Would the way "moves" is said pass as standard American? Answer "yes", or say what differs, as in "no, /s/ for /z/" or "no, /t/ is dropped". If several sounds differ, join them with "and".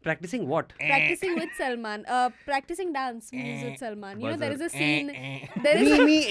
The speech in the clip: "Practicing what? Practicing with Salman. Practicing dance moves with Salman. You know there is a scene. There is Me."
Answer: no, /v/ is dropped